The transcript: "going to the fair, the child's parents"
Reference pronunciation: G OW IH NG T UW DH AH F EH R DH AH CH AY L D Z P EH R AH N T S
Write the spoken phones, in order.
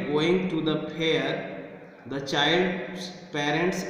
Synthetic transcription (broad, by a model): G OW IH NG T UW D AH P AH R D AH CH AY L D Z P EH R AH N T S